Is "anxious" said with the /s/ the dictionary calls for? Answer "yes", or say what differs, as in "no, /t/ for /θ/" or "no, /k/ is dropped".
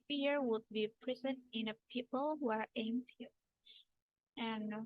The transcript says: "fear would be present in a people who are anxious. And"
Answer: no, /s/ is dropped